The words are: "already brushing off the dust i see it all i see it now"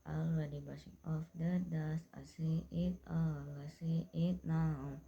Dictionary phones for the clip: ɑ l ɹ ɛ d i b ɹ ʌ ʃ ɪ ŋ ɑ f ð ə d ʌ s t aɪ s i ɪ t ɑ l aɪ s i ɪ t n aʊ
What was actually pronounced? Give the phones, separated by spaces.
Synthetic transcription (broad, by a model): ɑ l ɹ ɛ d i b ʌ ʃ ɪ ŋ ɑ f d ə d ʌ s aɪ s i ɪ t ɑ l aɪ s i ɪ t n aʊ